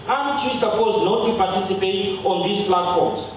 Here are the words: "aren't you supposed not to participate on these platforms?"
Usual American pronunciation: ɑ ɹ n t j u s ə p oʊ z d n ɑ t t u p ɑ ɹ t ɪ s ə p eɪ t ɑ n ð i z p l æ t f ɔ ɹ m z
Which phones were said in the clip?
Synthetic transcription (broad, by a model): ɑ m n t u s ə p oʊ z d n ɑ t t u p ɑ t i s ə p eɪ t ɑ n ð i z p l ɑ t f ɔ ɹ m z